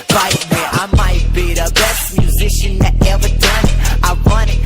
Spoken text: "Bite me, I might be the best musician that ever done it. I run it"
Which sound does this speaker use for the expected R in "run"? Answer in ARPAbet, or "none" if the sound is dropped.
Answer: W